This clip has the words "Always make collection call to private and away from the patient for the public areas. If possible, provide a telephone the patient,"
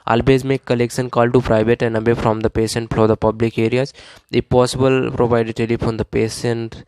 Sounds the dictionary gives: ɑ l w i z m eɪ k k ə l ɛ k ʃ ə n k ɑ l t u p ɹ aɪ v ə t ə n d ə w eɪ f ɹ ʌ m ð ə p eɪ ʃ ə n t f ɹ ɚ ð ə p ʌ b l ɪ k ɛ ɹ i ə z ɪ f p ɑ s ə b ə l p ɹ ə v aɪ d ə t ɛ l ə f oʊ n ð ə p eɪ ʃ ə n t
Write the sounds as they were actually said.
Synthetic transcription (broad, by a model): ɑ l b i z m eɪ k k ə l ɛ k ʃ ə n k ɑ l t u p ɹ aɪ v ə t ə n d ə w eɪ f ɹ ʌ m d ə p eɪ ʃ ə n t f l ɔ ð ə p ʌ b l ɪ k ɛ ɹ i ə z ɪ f p ɑ s ə b ə l p ɹ ə v aɪ d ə t ɛ l ə f oʊ n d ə p eɪ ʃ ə n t